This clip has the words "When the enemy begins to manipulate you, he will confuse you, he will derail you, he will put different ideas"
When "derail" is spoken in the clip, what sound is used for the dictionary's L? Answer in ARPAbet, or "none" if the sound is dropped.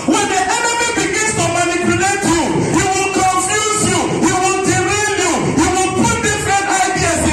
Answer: N